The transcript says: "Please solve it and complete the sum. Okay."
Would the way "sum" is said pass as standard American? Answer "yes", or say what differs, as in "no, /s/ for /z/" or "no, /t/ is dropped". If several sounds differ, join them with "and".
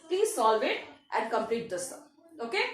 no, /m/ is dropped